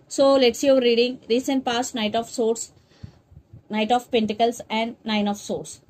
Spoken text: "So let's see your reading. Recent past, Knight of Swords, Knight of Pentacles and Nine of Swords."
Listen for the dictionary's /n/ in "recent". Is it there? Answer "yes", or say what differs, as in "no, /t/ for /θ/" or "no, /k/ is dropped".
yes